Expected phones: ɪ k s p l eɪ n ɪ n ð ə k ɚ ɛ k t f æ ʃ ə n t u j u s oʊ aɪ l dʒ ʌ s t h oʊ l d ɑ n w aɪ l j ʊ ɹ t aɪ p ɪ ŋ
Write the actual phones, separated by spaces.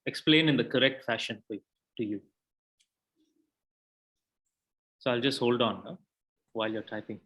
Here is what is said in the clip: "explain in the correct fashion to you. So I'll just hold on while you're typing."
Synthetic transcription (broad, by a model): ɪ k s p l eɪ n ɪ n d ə k ɚ ɛ k t f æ ʃ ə n t u j u s oʊ aɪ l dʒ ʌ s t h oʊ l d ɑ n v aɪ l j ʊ ɹ t aɪ p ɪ ŋ